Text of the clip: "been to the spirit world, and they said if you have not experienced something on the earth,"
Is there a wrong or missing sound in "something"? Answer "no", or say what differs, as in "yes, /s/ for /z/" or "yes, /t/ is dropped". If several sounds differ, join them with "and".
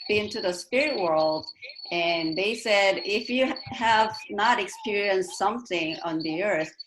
no